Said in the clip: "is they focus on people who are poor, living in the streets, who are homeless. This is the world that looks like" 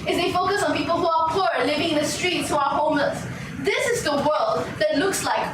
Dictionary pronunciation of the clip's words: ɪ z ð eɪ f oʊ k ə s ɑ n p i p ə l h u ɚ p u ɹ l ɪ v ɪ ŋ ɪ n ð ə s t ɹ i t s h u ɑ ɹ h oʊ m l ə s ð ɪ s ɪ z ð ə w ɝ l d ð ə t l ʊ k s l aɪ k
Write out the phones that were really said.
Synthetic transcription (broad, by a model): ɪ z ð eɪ f oʊ k ə s ɑ n p i p ə l h u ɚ p u ɹ l ɪ v ɪ ŋ ɪ n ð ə s t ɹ i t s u ɑ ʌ h oʊ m ə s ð ɪ s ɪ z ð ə w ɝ l d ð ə t l ʊ k s l aɪ k